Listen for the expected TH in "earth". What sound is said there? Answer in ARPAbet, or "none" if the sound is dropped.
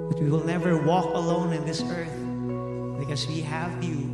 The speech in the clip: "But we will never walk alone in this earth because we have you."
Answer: TH